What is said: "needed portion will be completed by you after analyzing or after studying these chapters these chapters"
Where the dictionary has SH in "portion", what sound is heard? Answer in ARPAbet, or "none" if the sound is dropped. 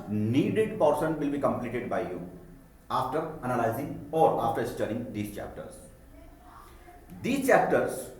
S